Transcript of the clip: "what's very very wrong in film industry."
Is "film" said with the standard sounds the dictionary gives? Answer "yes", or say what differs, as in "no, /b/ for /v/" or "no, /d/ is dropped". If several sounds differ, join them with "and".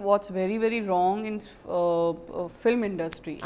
yes